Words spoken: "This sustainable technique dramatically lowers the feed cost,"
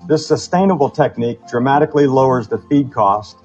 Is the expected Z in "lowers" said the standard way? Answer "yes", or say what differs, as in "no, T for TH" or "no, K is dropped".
yes